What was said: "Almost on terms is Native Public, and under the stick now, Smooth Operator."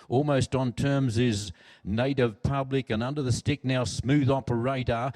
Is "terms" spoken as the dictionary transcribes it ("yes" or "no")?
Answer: yes